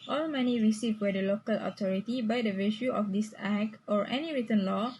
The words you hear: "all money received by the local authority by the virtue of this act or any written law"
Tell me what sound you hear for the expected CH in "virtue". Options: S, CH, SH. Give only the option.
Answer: SH